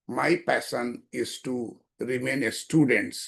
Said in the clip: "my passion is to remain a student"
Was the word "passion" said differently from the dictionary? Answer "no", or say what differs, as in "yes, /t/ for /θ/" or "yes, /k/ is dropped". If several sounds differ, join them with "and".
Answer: yes, /s/ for /ʃ/